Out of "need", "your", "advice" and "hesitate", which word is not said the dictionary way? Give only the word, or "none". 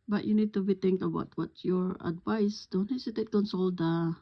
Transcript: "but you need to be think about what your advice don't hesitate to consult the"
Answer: hesitate